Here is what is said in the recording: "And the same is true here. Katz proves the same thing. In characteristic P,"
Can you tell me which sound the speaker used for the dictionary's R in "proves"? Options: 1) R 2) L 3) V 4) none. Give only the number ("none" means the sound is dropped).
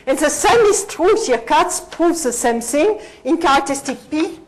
4